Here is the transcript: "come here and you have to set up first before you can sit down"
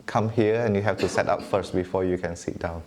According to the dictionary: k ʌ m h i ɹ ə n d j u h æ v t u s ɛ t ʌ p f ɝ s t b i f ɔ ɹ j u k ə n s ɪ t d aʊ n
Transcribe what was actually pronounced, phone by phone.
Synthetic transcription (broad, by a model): k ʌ m h i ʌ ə n j u h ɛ f t u s ɛ t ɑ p f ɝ s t b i f ɔ j u k ə n s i t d aʊ n